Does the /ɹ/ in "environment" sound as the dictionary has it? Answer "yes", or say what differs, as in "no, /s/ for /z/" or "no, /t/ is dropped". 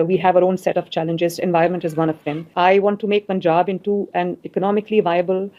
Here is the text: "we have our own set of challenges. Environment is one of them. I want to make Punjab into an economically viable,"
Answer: no, /ɹ/ is dropped